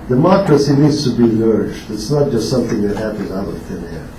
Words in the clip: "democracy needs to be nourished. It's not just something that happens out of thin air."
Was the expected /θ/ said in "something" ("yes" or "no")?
yes